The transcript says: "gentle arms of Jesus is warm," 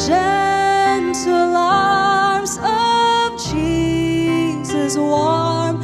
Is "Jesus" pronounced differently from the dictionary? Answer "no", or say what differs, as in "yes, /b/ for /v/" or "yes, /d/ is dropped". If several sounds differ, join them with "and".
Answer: yes, /tʃ/ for /dʒ/